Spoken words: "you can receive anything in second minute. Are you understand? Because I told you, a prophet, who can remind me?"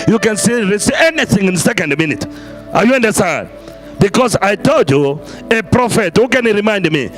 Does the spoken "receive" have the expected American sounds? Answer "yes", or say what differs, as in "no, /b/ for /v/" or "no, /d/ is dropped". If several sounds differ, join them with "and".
no, /v/ is dropped